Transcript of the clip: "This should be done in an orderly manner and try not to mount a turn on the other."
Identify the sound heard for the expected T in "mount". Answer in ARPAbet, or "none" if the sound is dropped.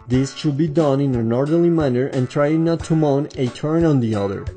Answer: none